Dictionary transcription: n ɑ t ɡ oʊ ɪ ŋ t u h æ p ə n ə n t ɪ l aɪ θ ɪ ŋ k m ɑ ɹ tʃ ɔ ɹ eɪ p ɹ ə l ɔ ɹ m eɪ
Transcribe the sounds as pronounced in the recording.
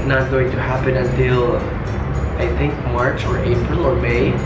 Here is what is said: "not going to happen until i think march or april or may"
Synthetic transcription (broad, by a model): n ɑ t ɡ oʊ ɪ ŋ t u h æ p ə n ə n t ɪ l aɪ θ ɪ ŋ k m ɑ ɹ tʃ ɔ ɹ eɪ p ɹ ə l ɔ ɹ m eɪ